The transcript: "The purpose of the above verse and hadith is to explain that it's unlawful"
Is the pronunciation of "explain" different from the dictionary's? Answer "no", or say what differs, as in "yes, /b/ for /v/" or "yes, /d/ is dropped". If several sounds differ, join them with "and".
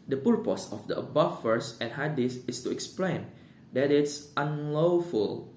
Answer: no